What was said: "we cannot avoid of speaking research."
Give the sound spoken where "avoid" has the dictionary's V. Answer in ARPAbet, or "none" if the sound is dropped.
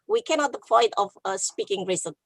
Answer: P